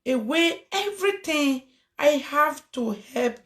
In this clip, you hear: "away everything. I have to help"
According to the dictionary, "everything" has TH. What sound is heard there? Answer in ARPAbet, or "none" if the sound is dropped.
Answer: T